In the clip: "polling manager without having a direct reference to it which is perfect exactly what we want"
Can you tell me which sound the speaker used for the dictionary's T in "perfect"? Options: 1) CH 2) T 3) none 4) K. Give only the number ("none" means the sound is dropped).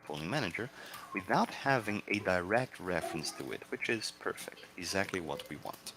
2